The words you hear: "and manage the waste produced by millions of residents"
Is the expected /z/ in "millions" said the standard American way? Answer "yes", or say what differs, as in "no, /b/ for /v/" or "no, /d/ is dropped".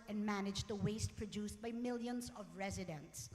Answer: yes